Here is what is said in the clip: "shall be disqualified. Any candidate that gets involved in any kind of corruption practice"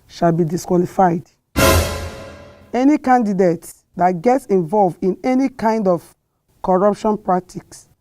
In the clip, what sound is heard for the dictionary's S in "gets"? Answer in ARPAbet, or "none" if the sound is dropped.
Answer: S